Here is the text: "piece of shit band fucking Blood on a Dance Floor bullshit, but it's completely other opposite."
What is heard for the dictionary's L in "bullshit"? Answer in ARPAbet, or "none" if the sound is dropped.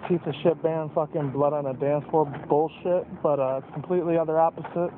L